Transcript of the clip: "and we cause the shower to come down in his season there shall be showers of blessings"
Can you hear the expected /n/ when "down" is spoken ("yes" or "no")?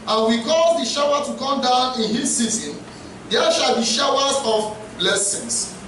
yes